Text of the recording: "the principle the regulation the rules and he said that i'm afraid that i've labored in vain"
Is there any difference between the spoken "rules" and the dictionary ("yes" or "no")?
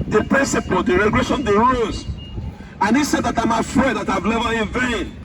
yes